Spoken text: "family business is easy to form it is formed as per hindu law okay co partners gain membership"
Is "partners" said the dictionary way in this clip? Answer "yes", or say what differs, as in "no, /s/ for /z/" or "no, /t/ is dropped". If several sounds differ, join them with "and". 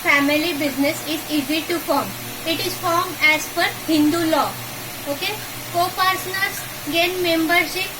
no, /s/ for /t/